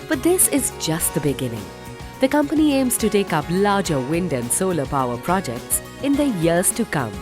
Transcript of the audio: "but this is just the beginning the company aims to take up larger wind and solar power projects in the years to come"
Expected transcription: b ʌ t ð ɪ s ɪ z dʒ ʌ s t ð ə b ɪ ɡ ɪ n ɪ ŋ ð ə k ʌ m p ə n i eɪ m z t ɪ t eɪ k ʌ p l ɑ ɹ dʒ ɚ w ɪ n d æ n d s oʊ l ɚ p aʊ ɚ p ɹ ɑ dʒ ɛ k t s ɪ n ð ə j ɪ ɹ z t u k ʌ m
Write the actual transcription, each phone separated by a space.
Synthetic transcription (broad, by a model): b ʌ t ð ɪ s ɪ z dʒ ʌ s t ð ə b ɪ ɡ ɪ n ɪ ŋ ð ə k ʌ m p ə n i eɪ m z t ɪ t eɪ k ʌ p l ɑ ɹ dʒ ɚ w ɪ n d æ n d s oʊ l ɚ p aʊ ɚ p ɹ ɑ dʒ ɛ k t s ɪ n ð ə j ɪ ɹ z t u k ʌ m